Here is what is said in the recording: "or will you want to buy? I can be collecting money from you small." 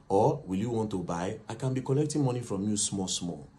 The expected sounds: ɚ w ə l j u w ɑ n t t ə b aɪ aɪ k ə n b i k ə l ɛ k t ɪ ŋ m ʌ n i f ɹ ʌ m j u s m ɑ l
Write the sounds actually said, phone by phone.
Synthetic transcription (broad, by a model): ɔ w ə l j u w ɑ n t t ə b aɪ aɪ k ə n b i k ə l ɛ k t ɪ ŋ m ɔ n i f ɹ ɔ m j u s m ɑ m